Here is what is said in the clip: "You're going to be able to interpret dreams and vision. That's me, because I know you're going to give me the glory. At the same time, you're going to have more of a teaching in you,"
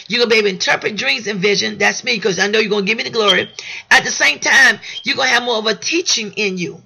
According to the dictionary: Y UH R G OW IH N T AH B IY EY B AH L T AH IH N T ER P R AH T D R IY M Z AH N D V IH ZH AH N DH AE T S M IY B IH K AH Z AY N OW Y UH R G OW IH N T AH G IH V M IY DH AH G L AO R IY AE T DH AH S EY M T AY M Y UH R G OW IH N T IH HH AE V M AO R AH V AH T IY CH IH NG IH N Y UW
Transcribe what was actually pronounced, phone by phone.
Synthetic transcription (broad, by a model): Y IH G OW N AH B IY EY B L IH N T ER P R AH T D R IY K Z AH N V IH ZH AH N DH AE T S M IY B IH K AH Z AY N OW Y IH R G OW IH N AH G IH V M IY DH AH G L AO R IY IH T DH AH S EY M T AY M Y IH G OW IH N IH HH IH V M AO R AH V AH T IY CH IH NG IH N Y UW